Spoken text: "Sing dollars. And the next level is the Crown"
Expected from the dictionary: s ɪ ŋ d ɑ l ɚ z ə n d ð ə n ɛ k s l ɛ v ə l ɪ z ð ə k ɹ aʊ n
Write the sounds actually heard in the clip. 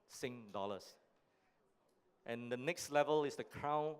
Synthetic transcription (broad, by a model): s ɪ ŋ d ɑ l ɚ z ə n d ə n ɛ k s l ɛ v ə l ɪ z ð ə k ɹ aʊ n